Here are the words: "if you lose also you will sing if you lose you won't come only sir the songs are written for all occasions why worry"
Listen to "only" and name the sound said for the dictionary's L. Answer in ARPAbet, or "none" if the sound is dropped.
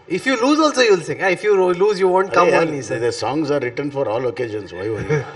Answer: none